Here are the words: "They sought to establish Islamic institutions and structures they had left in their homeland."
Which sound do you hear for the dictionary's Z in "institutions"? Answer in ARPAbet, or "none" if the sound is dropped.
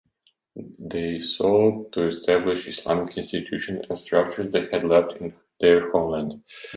none